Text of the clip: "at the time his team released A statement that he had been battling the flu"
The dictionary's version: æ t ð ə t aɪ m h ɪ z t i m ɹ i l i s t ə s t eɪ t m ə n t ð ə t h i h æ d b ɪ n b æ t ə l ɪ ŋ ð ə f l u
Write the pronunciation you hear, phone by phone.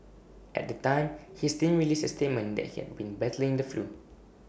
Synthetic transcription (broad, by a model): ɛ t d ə t aɪ m h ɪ s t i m ɹ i l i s ə s t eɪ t m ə n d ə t h i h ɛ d b ɪ n b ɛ t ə l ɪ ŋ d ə f l u